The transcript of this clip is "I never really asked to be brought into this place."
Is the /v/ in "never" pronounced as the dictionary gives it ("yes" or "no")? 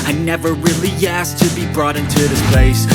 yes